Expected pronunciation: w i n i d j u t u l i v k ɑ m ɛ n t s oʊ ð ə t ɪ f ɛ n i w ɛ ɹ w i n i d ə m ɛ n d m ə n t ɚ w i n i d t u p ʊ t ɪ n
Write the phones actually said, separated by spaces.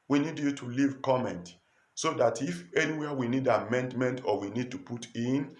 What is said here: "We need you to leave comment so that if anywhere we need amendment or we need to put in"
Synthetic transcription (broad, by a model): w i n i d j u t u l i v k ɑ m ɛ n t s oʊ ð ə t ɪ f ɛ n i w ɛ w i n i d ə m ɛ n d m ə n t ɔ w i n i d t u p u t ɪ n